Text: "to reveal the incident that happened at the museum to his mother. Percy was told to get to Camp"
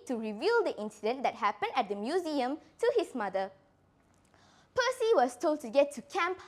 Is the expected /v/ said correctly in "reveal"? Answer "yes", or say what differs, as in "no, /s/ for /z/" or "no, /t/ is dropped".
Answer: yes